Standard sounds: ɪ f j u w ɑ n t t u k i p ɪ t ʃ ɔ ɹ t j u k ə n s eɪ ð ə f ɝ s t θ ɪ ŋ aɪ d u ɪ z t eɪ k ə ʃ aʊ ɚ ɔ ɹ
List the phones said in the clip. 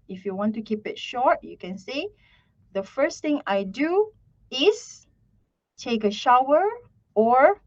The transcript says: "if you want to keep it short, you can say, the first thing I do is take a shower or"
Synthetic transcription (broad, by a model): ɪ f j u w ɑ n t t u k i p ɪ t ʃ ɔ ɹ t j u k ə n s eɪ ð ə f ɝ s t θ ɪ ŋ aɪ d u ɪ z t eɪ k ə ʃ aʊ ɚ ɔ ɹ